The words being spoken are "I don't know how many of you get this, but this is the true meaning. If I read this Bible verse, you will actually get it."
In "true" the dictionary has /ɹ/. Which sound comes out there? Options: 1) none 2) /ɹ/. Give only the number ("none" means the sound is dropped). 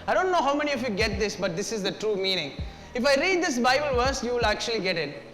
2